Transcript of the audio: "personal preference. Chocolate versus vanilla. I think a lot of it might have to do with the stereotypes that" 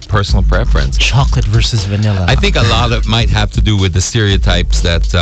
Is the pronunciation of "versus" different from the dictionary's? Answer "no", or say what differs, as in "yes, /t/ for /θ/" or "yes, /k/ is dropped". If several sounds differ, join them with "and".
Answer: no